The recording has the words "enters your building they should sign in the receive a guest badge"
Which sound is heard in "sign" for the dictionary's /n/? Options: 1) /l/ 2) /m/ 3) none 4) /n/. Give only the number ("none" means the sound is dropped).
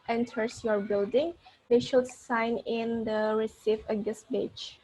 4